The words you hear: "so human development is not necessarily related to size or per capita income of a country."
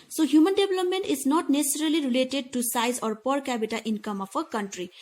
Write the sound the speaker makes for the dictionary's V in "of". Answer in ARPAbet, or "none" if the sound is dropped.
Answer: P